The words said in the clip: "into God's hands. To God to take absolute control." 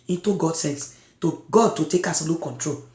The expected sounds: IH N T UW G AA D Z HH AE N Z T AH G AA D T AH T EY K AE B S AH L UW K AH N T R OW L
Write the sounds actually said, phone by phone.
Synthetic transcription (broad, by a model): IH N T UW G AA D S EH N S T AH G AA D T AH T EY K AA S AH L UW K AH N T R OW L